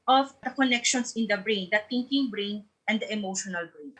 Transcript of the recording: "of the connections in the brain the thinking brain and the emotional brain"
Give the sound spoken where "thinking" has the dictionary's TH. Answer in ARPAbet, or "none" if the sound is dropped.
T